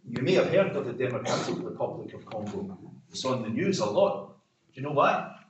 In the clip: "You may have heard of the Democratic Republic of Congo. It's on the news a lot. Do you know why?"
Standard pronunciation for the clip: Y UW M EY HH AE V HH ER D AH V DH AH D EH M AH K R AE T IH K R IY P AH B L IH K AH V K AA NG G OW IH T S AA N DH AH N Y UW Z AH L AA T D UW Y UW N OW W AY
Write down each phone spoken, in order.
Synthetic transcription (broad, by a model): Y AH M EY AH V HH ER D AH V DH AH D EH M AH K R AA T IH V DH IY P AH B L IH K AH V K AA NG G OW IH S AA N DH AH N Y UW Z AH L AA T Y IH N OW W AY